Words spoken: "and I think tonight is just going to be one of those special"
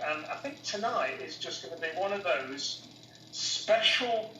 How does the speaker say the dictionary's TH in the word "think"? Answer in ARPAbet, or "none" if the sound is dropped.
TH